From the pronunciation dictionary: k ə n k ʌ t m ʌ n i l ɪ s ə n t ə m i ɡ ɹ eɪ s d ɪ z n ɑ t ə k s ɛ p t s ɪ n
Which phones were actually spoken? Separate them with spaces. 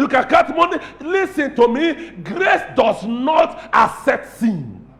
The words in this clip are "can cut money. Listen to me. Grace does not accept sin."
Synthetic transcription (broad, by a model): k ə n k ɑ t m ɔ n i l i s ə n t ə m i ɡ ɹ eɪ s d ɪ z n ɑ t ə s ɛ t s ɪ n